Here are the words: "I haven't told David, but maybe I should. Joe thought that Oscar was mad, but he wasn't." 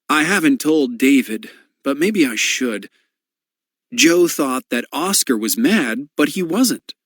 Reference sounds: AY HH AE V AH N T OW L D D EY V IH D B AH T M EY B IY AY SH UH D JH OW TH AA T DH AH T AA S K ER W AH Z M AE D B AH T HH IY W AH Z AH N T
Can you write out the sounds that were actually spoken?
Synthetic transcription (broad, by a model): AY HH AE V AH N T OW L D D EY V IH D B AH T M EY B IY AY SH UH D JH OW TH AA T DH AH T AA S K ER W AH Z M AE D B AH T HH IY W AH Z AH N T